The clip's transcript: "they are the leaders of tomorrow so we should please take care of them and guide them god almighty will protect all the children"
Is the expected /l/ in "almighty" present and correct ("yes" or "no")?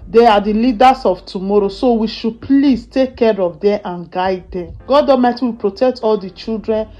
no